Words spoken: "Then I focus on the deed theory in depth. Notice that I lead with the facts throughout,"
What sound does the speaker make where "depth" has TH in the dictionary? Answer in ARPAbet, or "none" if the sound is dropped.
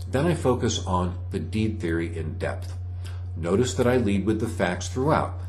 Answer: TH